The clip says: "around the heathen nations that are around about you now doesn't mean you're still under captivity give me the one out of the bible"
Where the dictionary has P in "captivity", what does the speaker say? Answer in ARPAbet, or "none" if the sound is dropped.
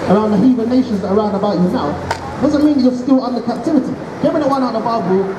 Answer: P